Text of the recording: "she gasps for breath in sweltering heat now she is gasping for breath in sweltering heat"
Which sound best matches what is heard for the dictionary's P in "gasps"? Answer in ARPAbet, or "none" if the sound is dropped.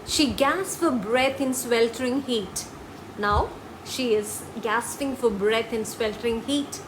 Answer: none